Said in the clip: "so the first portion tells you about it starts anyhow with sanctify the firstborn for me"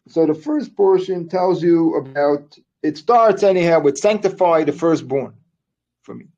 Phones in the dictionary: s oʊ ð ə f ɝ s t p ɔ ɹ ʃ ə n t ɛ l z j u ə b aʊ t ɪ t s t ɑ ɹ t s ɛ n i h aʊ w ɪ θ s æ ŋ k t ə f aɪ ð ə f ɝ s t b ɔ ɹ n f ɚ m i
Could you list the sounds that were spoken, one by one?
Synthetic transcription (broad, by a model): s oʊ ð ə f ɝ s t p ɔ ɹ ʃ ə n t ɛ l z j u ə b aʊ t ɪ t s t ɑ ɹ t s ɛ n i h aʊ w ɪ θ s æ ŋ k t ə f aɪ ð ə f ɝ s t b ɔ ɹ n f ɚ m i